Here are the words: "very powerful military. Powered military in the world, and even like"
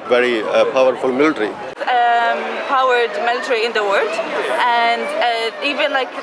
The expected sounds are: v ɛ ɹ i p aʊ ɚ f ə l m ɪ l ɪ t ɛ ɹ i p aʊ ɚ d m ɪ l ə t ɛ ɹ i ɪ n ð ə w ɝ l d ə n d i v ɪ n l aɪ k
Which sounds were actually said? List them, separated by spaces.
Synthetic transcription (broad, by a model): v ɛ ɹ i p aʊ ɚ f ə l m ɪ l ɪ t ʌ ɹ i p aʊ ɚ d m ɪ l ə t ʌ ɹ i ɪ n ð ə w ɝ d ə n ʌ i v ɪ n l aɪ k